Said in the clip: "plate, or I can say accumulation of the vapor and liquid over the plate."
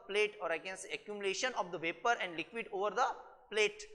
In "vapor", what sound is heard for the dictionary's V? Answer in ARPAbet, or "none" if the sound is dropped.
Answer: V